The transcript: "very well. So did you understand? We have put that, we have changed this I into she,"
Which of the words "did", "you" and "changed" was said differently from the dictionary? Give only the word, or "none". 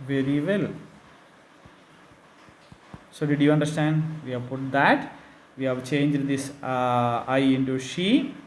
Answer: none